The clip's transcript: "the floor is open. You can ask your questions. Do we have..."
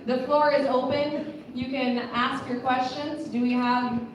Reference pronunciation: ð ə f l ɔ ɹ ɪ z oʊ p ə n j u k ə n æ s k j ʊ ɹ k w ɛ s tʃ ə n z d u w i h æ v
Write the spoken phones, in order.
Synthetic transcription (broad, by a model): ð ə f l ɔ ɹ ɪ z oʊ p ə n j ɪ k ə n æ s k j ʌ ɹ k w ɛ s tʃ ə n z d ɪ w i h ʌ v